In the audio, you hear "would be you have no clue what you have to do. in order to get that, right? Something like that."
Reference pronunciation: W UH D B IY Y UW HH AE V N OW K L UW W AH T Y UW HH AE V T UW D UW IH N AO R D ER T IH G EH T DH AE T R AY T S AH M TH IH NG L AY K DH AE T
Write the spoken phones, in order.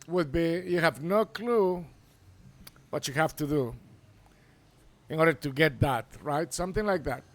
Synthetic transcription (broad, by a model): W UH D B IY Y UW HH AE V N OW K L UW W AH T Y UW HH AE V T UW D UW IH N AO R D ER T IH G EH T DH AE T R AY T S AH M TH IH NG L AY K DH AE T